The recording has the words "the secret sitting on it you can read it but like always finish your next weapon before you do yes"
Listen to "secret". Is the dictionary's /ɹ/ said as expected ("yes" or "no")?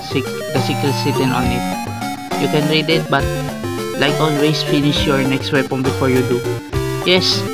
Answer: no